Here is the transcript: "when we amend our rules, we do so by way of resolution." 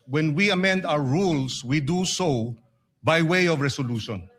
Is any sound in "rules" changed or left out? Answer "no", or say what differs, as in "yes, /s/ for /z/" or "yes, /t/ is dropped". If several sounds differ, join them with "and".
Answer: yes, /s/ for /z/